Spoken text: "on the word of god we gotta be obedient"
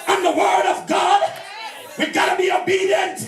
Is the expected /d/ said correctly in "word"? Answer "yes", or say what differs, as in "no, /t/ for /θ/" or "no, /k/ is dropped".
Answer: yes